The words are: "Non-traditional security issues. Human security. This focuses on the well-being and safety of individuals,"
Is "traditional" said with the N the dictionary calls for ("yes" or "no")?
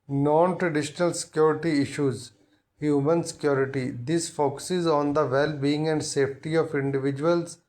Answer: yes